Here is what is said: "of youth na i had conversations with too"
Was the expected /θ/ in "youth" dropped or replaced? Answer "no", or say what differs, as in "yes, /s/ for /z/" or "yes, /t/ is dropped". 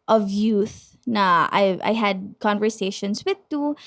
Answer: no